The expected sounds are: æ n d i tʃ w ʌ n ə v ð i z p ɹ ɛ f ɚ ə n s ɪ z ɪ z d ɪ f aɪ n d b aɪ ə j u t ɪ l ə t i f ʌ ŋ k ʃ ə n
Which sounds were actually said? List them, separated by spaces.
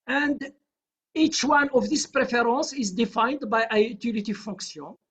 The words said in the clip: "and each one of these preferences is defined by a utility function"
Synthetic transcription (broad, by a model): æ n d i tʃ w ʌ n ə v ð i s p ɹ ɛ f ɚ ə n s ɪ ɪ z d ɪ f aɪ n d b aɪ ə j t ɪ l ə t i f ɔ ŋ k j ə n